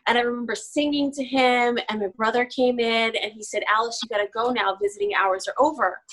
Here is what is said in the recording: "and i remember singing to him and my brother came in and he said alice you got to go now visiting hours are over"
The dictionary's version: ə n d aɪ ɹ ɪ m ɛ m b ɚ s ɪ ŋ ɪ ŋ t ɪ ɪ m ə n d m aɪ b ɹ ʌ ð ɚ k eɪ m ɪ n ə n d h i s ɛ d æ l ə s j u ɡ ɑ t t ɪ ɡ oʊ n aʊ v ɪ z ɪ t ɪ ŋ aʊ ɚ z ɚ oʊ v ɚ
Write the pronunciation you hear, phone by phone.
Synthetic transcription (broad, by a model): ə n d aɪ ɹ ɪ m ɛ m b ɚ s ɪ ŋ ɪ ŋ t ɪ ɪ m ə n m aɪ b ɹ ʌ ð ɚ k eɪ m ɪ n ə n i s ɛ d æ l ə s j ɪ ɡ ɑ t t ɪ ɡ oʊ n aʊ v ɪ z ɪ t ɪ ŋ aʊ ɚ z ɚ oʊ v ɚ